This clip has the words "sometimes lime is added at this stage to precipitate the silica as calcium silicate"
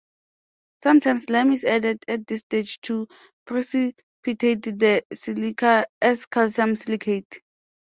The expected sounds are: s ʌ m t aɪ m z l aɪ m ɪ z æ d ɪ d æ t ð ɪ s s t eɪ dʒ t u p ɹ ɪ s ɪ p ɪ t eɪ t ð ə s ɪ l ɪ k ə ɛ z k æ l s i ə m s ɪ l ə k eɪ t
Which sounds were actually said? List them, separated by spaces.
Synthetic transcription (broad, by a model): s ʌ m t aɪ m s l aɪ m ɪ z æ d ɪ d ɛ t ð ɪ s s t eɪ dʒ t u p ɹ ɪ s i p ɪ t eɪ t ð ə s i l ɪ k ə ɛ s k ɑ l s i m s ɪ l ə k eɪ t